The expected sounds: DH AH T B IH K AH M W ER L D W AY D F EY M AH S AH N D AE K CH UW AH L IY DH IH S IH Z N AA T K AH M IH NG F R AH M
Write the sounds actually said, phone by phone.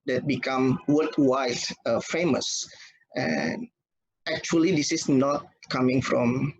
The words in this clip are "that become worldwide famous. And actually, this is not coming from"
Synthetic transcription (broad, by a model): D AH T B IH K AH M W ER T W AY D F EY M AH S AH N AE K CH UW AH L IY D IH S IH S N AA T K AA M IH NG F R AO M